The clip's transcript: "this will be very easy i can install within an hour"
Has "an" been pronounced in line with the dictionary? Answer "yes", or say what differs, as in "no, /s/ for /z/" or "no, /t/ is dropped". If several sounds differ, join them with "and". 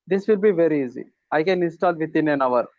yes